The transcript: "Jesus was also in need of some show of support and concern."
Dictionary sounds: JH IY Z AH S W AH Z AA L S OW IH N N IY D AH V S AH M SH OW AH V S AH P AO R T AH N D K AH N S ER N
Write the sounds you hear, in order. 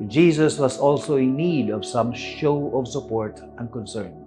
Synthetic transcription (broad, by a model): JH IY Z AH S W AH S AA L S OW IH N N IY D AH V S AH M SH OW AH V S AH P AO R T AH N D K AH N S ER N